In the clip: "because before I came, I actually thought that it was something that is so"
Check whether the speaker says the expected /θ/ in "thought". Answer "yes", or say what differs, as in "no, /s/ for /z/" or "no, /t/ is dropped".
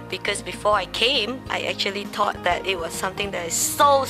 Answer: no, /t/ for /θ/